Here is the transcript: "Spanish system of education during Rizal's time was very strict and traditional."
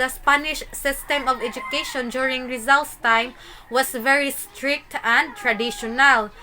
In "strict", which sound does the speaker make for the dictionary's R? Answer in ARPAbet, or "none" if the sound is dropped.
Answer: R